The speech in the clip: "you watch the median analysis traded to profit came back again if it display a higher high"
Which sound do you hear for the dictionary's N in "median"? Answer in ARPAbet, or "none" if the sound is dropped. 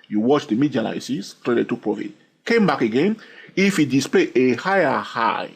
L